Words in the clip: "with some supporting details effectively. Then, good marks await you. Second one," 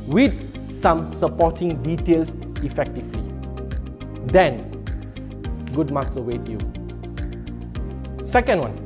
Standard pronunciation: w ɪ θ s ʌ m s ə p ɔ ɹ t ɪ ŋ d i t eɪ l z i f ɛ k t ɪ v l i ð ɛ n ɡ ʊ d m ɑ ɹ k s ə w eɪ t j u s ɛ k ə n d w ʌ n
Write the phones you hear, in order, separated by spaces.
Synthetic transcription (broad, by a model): w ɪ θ s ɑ m s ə p ɔ t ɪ ŋ d i t eɪ l s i f ɛ k t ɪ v l i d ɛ n ɡ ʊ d m ɑ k s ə w eɪ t j u s ɛ k ə n d w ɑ n